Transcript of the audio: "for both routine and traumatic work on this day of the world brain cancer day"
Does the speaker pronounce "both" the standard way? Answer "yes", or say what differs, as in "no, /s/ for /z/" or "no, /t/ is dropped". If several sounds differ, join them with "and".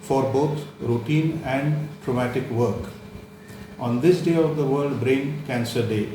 no, /t/ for /θ/